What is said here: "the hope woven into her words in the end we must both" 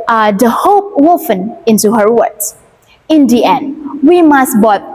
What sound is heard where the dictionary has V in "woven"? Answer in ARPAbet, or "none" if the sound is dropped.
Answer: F